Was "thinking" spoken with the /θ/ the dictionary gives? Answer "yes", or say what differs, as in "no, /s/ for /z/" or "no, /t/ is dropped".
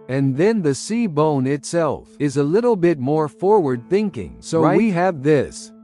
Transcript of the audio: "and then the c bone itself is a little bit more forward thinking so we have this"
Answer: yes